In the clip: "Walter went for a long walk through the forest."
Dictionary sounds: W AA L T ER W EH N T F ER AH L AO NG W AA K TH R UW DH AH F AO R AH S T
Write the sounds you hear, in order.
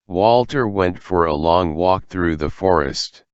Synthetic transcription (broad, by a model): W AA L T ER W EH N T F ER AH L AO NG W AA K TH R UW DH AH F AO R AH S T